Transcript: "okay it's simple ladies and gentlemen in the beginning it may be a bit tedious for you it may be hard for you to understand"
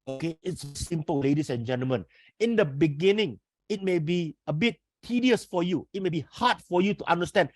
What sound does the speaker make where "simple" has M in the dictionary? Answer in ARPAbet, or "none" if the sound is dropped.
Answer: M